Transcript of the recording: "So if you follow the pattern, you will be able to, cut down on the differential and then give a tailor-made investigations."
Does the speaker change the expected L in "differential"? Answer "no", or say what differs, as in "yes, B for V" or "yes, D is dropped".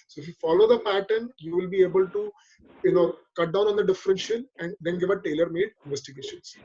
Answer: yes, N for L